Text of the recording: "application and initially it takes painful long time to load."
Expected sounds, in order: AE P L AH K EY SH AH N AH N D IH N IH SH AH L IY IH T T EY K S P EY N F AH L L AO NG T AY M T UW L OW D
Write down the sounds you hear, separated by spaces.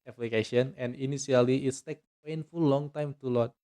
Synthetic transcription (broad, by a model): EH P L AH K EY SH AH N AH N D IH N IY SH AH L IY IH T T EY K P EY N F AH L L AO NG T AY M T UW L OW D